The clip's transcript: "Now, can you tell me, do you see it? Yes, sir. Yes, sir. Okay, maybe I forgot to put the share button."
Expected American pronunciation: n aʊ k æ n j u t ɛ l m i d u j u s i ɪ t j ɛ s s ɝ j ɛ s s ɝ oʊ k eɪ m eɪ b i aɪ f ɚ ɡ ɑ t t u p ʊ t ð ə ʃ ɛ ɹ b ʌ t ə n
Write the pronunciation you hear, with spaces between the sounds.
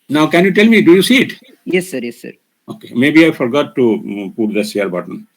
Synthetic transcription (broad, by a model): n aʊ k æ n j u t ɛ l m i d u j u s i ɪ t j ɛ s s ɝ j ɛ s s ɝ oʊ k eɪ m eɪ b i aɪ f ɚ ɡ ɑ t t u p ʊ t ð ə s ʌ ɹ b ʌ t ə n